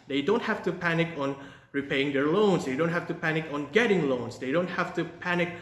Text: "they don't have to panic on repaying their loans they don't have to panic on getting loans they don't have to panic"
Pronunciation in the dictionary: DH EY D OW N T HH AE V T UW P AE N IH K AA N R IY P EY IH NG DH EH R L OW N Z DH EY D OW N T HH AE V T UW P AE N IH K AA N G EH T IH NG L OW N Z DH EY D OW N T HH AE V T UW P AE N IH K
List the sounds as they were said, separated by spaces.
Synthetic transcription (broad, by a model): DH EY D OW N T HH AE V T UW P AE N IH K AA N R IY P EY IH NG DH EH R L OW N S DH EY D OW N T HH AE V T UW P AE N IH K AA N G EH T IH NG L OW N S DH EY D OW N T HH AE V T UW P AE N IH K